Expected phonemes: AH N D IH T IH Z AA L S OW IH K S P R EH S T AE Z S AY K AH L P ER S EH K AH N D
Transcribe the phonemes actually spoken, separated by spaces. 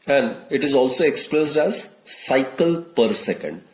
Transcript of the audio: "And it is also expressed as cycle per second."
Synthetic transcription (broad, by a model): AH N D IH T IH Z AA L S OW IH K S P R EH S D AE Z S AY K AH L P ER S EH K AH N D